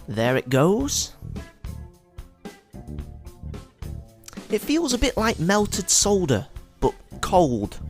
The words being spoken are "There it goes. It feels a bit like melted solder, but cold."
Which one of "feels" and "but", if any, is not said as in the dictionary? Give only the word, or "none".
none